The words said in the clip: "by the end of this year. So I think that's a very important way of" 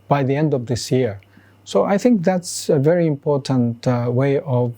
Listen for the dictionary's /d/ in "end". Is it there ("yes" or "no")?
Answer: yes